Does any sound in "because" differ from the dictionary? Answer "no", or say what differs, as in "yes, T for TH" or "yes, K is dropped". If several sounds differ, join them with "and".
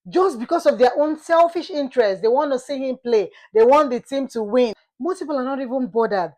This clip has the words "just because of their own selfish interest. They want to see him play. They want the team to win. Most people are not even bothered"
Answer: yes, S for Z